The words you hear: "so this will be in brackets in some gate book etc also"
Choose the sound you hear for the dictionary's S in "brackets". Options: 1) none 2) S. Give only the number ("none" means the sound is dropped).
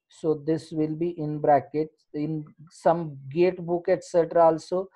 1